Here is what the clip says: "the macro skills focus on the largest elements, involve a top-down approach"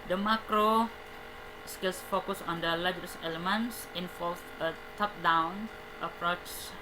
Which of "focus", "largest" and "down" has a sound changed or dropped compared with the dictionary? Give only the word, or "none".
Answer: largest